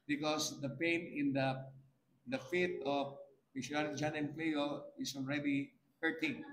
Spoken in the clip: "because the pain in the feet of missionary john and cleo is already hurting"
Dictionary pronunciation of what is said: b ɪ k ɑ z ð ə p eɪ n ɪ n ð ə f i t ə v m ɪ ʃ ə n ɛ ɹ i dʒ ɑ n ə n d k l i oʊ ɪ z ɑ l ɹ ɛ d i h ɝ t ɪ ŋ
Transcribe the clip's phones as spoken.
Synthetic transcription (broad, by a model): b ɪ k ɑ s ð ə p eɪ n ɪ n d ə f i t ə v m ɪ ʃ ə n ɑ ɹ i dʒ ɑ n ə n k l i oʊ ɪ s ɑ l ɹ ɛ d i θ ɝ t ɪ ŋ